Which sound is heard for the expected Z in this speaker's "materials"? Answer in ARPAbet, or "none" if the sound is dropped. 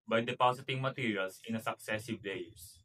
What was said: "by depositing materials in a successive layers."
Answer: S